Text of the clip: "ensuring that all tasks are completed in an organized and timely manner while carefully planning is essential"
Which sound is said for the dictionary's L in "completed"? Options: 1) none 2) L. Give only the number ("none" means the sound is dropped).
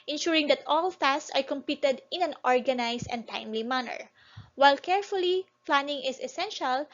1